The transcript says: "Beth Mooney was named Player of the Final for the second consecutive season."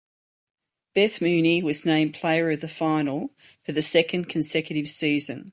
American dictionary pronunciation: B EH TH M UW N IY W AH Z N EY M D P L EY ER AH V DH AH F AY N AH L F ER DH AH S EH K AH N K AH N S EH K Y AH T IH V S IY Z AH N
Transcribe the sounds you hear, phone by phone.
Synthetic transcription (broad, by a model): B EH TH M UW N IY W AH Z N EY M P L EY ER AH V DH AH F AY N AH L F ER DH AH S EH K AH N K AH N S EH K Y AH T IH V S IY Z AH N